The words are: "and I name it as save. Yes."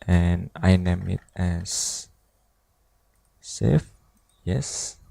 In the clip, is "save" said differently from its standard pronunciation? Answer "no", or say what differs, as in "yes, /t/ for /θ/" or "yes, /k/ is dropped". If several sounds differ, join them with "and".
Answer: yes, /f/ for /v/